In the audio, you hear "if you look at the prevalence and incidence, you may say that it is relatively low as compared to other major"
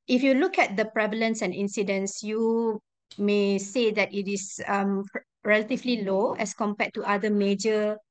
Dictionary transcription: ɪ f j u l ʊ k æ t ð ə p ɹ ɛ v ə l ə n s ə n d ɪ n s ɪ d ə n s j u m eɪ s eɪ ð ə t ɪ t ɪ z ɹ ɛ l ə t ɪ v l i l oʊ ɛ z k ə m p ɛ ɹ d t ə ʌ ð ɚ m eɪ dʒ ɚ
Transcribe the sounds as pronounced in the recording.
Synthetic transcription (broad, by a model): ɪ f j u l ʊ k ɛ t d ə p ɹ ɛ v ə l ə n s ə n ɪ n s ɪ d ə n s j u m eɪ s eɪ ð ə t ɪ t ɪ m ɹ ɛ l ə t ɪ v l i l oʊ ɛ s k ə m p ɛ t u t ə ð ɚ m eɪ dʒ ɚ